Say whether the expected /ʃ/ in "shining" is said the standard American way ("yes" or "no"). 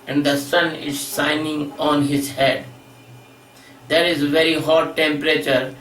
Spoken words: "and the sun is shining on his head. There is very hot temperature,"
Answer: no